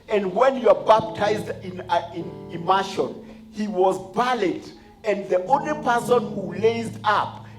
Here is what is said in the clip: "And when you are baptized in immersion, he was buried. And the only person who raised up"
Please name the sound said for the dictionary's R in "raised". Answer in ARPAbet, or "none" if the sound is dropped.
L